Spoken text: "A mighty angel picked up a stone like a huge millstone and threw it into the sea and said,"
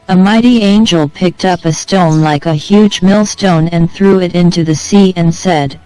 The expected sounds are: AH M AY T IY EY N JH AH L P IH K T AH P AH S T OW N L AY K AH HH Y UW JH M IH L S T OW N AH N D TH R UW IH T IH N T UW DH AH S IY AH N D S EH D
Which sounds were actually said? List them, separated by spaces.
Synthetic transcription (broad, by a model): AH M AY T IY EY N JH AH L P IH K T AH P AH S T OW N L AY K AH HH Y UW JH M IH L S T OW N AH N TH R UW IH T IH N T UW DH AH S IY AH N S EH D